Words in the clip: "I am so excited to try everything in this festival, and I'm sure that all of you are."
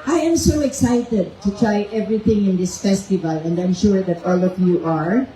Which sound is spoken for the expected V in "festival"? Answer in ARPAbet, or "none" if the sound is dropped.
V